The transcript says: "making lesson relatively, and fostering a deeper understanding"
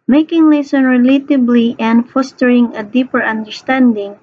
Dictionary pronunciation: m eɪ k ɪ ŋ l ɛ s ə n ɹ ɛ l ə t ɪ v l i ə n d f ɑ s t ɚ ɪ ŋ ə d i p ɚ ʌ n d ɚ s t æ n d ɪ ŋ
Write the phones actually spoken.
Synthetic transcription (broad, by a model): m eɪ k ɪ ŋ l ɛ s ə n ɹ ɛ l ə t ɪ b l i ə n d f ɑ s t ɚ ɪ ŋ ə d i p ɚ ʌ n d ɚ s t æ n d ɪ ŋ